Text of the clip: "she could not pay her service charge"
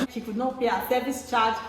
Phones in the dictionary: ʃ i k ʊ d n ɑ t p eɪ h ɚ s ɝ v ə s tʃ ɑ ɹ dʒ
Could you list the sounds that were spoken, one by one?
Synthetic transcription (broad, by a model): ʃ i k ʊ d n ɑ t b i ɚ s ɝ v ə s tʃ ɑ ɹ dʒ